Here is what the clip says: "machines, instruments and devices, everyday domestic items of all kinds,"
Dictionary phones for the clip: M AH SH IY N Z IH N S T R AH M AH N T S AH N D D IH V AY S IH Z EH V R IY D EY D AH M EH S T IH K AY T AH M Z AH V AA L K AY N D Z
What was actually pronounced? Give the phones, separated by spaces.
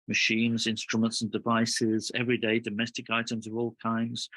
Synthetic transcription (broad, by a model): M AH SH IY N Z IH N S T R AH M AH N T S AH N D D IH V AY S IH Z EH V R IY D EY D AH M EH S T IH K AY T AH M Z AH V AA L K AY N D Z